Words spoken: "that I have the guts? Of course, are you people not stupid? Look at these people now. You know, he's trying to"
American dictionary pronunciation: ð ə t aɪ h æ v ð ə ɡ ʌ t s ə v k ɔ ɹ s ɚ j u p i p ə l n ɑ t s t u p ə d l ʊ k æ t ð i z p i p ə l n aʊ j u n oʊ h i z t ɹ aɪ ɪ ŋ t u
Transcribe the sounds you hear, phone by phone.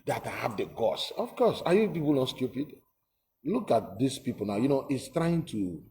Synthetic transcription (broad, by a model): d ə t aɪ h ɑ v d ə ɡ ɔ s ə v k ɔ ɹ s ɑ j u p i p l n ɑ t s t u p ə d l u k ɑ t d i s p i p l n aʊ j u n oʊ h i s t ɹ aɪ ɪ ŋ t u